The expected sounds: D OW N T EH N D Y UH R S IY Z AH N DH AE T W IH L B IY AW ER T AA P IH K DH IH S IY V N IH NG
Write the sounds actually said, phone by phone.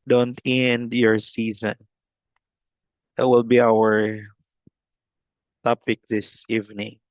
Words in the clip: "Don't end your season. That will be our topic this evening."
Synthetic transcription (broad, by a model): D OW N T EH N D Y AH R S IY Z AH N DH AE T W IH L B IY AW ER T AA P IH K DH IH S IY V N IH NG